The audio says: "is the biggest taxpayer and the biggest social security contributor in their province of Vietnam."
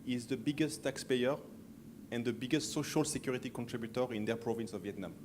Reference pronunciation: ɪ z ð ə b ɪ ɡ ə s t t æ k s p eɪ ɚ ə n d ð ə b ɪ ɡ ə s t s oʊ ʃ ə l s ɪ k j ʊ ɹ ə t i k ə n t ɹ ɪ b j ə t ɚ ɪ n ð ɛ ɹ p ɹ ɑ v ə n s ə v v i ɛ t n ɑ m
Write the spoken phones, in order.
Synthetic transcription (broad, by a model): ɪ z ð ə b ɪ ɡ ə s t t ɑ k s p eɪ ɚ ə n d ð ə b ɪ ɡ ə s t s oʊ ʃ ə l s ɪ k j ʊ ɹ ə t i k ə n t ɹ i b j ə t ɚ ɪ n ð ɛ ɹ p ɹ ɑ v ə n s ə v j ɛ t n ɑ m